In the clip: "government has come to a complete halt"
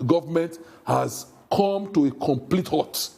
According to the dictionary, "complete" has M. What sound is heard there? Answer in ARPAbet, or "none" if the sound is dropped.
M